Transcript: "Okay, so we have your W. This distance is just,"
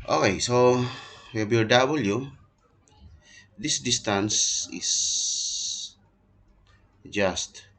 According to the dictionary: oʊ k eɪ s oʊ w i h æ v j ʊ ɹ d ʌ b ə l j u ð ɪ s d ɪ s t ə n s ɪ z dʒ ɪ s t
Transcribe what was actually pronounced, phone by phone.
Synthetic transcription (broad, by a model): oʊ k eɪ s oʊ w i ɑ b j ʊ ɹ d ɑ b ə l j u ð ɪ s d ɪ s t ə n s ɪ s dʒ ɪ s t